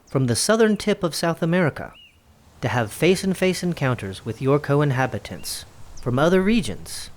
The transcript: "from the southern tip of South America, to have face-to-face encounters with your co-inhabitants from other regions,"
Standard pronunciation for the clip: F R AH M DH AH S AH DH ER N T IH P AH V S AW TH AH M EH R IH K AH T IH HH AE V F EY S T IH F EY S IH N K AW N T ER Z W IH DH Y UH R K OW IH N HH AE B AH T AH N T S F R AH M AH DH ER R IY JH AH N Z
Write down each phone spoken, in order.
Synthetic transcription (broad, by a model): F R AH M DH AH S AH DH ER N T IH P AH V S AW TH AH M EH R IH K AH T IH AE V F EY S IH F EY S IH N K AW N T ER Z W IH DH Y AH R K OW IH N HH AE B AH T AH N T S F R AH M AH DH ER R IY JH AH N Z